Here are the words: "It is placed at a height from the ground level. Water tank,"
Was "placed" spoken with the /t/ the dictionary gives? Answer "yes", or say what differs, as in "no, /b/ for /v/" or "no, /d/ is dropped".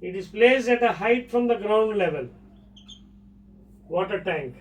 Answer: no, /t/ is dropped